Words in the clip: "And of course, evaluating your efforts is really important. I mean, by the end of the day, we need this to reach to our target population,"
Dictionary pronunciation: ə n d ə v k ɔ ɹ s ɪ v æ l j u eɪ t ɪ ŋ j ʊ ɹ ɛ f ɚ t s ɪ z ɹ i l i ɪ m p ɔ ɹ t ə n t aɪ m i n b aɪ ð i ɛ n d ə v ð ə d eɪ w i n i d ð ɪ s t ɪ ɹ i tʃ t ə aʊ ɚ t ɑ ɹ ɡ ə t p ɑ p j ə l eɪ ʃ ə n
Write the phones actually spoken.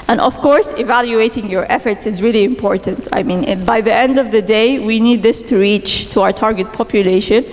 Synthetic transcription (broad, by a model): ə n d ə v k ɔ ɹ s ɪ v æ l j u eɪ t ɪ ŋ j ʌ ɹ ɛ f ɚ t s ɪ z ɹ i l i ɪ m p ɔ ɹ t ə n t aɪ m i n b aɪ ð i ɛ n d ə v ð ə d eɪ w i n i d ð ɪ s t ɪ ɹ i tʃ t ə aʊ ɚ t ɑ ɹ ɡ ə t p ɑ p j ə l eɪ ʃ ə n